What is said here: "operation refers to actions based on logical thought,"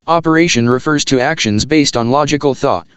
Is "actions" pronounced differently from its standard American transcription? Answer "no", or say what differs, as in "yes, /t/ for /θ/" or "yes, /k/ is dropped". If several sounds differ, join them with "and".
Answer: no